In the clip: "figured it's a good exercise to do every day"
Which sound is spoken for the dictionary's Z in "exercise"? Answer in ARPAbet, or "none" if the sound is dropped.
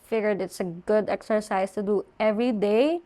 S